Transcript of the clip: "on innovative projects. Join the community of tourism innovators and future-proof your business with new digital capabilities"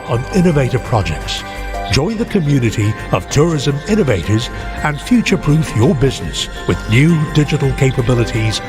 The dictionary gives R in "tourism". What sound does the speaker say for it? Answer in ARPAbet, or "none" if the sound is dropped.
R